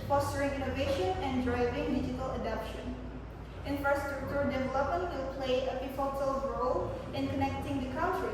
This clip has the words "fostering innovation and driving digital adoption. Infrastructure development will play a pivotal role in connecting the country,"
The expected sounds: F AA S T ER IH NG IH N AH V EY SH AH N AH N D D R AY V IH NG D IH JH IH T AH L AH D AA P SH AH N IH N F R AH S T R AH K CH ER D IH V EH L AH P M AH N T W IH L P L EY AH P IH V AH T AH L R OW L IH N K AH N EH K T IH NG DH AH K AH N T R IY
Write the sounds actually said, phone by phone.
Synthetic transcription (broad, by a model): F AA S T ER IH NG IH N AH V EY SH AH N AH N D D R AY V IH NG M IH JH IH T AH L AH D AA P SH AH N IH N F R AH S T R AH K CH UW D IH V EH L AH P M AH N T W IH L P L EY AH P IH F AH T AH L R OW L IH N K AH N EH K T IH NG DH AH K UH N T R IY